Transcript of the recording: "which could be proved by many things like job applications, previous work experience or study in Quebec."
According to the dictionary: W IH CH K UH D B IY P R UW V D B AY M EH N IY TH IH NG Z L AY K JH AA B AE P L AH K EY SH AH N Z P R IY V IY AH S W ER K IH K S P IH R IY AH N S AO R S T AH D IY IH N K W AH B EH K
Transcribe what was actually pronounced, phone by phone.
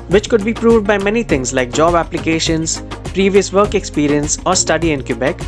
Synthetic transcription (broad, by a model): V IH CH K UH D B IY P R UW V D B AY M EH N IY T IH NG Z L AY K JH AA B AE P L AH K EY SH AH N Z P R IY V IY AH S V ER K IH K S P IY R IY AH N S AO R S T AH D IY IH N K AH B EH K